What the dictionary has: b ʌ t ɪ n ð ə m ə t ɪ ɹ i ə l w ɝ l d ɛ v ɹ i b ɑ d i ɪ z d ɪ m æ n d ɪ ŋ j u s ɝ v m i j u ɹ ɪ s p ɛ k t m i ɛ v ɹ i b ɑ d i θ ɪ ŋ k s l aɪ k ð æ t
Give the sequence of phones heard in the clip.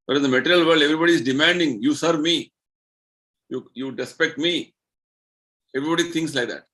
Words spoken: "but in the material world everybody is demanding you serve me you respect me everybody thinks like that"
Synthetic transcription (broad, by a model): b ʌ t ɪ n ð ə m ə t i ɹ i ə l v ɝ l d ɛ v ɹ i b ɑ d i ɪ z d ɪ m æ n d ɪ ŋ j u s ɝ v m i j u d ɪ s p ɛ k t m i ɛ v ɹ i b ɑ d i t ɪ ŋ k s l aɪ k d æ t